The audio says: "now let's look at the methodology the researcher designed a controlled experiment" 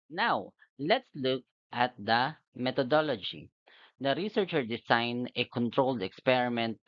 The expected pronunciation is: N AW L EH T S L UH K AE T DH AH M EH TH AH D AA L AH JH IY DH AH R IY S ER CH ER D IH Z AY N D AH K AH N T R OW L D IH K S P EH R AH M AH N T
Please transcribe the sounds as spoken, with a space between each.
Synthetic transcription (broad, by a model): N AW L EH T S L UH K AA T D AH M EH T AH D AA L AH JH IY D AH R IY S ER CH ER D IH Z AY N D AH K AH N T R OW L D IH K S P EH R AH M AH N T